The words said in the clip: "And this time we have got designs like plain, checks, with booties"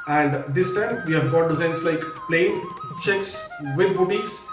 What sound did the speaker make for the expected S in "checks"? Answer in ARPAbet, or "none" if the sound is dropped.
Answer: S